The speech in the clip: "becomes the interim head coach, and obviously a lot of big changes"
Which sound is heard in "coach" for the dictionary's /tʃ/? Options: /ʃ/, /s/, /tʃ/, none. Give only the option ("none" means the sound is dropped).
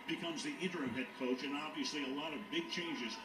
/tʃ/